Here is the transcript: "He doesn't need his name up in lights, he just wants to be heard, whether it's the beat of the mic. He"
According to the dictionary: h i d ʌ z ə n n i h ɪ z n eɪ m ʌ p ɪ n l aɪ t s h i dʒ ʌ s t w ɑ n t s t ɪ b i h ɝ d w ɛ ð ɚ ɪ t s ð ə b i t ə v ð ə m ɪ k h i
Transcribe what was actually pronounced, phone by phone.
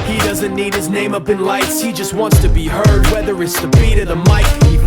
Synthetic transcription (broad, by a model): h i d ʌ z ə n n i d ɪ z n eɪ m ʌ p ɪ n l aɪ t s h i dʒ ʌ s t w ɑ n t s t ɪ b i h ɝ d w ɛ ð ɚ ɪ t s ð ə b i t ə ð ə m ɪ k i